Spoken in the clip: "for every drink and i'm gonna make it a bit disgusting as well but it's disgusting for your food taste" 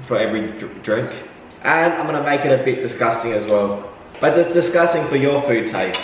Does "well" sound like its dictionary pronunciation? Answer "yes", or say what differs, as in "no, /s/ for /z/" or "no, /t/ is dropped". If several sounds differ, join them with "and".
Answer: yes